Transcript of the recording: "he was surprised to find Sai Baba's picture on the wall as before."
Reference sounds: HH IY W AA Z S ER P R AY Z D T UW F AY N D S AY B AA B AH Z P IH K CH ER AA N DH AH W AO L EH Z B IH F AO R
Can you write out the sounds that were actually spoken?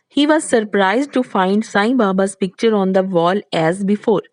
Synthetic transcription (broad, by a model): HH IY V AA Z S ER P R AY Z D T UW F AY N D S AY B AA B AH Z P IH K CH ER AA N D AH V AO L EH Z B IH F AO R